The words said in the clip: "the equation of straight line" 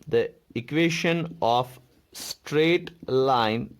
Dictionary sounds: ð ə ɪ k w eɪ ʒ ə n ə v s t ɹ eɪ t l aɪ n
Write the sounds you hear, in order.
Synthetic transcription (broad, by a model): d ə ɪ k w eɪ ʃ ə n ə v s t ɹ eɪ t l aɪ n